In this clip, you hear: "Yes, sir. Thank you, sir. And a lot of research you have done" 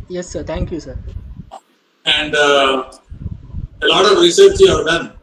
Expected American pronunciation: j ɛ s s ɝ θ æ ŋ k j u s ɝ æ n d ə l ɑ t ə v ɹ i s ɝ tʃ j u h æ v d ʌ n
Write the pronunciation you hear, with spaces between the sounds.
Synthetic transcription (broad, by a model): j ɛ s s ɝ t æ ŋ k j u s ɝ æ n d ə l ɑ t ə v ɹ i s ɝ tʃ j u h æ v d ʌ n